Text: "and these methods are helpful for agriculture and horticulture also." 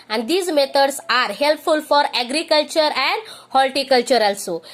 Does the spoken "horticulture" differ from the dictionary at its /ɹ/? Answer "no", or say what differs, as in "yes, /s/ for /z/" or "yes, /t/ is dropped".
yes, /l/ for /ɹ/